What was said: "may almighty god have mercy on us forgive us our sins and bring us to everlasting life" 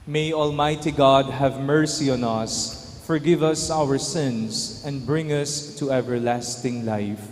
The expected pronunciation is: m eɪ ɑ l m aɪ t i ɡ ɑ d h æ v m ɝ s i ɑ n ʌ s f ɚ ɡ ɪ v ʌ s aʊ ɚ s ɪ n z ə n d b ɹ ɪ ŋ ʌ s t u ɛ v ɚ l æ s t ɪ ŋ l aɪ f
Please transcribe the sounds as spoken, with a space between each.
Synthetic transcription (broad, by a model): m eɪ ɑ l m aɪ t i ɡ ɑ d h æ v m ɝ s i ɑ n ʌ s f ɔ ɡ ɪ v ʌ s aʊ ɚ s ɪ n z ə n d b ɹ ɪ ŋ ʌ s t u ɛ v ɚ l æ s t ɪ ŋ l aɪ f